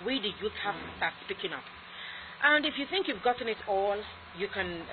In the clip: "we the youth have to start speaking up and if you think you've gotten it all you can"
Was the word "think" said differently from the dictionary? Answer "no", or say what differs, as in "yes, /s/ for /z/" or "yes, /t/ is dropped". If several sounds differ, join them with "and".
no